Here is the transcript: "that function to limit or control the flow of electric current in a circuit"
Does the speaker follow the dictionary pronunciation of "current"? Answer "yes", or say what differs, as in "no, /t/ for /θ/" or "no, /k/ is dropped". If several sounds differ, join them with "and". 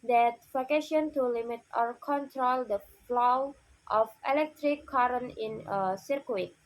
no, /t/ is dropped